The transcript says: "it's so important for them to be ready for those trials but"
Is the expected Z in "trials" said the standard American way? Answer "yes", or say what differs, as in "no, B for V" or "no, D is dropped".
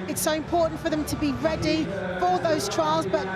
yes